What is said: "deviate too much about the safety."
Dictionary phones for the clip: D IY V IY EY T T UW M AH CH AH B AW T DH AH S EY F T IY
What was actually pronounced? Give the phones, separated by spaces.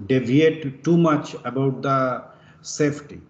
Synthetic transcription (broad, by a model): D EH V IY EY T T UW M AH CH AH B AW T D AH S EY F T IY